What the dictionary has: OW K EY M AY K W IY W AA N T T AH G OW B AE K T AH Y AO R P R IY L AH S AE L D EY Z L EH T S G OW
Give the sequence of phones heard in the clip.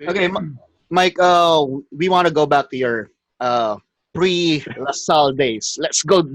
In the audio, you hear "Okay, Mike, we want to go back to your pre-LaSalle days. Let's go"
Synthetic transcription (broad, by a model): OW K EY M AY K W IY W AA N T T AH G OW B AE K T AH Y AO R P R IY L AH S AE L D EY S L EH T S G OW